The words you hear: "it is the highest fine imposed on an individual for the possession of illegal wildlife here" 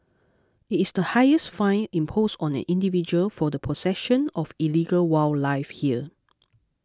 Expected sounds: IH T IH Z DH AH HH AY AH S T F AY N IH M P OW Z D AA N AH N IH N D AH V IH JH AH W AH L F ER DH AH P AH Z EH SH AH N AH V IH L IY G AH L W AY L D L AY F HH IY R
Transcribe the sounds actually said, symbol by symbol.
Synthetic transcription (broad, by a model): IH T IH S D AH HH AY AH S T F AY N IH M P OW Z AA N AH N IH N D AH V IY JH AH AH L F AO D AH P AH S EH SH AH N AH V IH L IY G AH L W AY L L AY F HH IY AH